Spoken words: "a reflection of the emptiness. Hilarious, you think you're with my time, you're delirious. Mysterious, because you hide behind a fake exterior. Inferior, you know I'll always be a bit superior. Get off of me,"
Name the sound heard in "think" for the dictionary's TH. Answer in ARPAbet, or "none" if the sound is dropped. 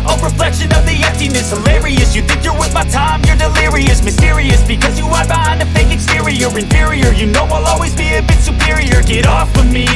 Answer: TH